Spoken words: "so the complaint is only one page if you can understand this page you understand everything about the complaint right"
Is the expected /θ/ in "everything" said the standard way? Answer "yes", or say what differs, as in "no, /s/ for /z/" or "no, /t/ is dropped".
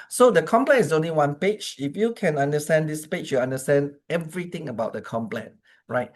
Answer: no, /t/ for /θ/